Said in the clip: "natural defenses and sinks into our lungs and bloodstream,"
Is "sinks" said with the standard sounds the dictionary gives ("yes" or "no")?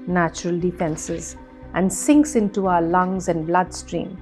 yes